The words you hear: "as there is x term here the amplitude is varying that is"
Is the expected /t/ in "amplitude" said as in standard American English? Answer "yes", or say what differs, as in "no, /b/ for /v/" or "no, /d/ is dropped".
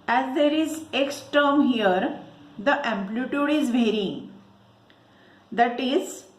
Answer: yes